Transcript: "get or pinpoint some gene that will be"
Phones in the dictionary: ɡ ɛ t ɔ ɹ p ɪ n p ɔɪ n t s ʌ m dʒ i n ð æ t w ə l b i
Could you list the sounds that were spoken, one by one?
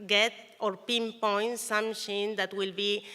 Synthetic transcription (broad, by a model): ɡ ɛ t ɔ ɹ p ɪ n p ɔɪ n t s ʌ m ʃ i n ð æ t w ə l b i